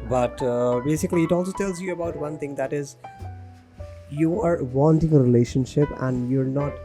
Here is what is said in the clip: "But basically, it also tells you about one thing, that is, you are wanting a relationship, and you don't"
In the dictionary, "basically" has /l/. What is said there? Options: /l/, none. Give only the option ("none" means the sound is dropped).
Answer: /l/